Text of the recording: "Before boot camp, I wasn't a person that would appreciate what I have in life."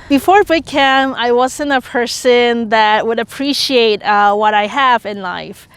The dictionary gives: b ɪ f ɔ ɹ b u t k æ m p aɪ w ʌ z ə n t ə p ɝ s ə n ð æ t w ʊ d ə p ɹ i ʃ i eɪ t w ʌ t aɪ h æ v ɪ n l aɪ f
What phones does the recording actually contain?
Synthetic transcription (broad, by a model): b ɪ f ɔ ɹ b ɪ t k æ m aɪ w ʌ z ə n t ə p ɝ s ə n ð æ t w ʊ d ə p ɹ i ʃ i eɪ t w ʌ t aɪ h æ v ɪ n l aɪ f